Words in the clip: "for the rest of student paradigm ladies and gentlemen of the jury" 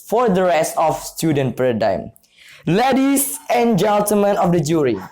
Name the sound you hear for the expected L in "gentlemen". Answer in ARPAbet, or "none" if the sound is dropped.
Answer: none